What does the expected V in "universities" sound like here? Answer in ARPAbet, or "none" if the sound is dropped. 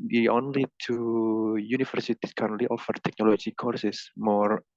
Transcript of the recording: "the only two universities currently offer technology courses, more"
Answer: F